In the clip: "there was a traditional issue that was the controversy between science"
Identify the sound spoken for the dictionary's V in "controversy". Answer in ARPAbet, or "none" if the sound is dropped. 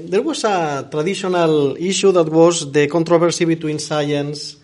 B